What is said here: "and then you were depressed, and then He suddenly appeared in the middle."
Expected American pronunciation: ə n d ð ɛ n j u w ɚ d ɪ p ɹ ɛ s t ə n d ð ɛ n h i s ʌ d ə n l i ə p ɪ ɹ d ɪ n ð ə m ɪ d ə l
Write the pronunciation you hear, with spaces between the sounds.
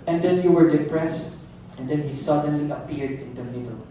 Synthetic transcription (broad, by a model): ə n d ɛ n j u w ɚ d ɪ p ɹ ɛ s t ə n d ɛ n h i s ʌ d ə n l i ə p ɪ ɹ d ɪ n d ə m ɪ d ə l